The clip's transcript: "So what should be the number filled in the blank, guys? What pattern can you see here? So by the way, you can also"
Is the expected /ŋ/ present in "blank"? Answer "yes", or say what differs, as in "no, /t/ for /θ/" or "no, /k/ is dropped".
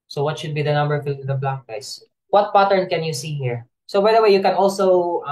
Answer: no, /ŋ/ is dropped